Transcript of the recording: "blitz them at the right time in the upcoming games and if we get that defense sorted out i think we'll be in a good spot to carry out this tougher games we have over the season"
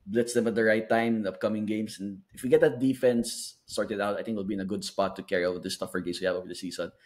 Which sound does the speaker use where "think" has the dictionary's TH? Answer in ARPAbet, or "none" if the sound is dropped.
T